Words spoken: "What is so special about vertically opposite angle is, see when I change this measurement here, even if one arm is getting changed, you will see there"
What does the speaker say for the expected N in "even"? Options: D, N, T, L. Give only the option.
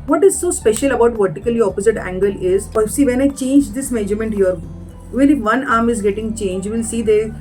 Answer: L